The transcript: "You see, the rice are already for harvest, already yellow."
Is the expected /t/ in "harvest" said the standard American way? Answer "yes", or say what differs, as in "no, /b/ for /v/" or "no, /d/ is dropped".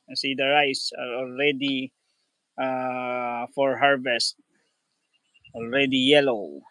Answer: yes